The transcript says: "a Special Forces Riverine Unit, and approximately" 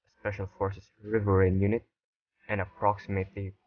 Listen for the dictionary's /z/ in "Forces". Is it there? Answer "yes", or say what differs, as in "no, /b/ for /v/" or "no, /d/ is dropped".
no, /s/ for /z/